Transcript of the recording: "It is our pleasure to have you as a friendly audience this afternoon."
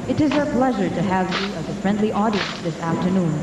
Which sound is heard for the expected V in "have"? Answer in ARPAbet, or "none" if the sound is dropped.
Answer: V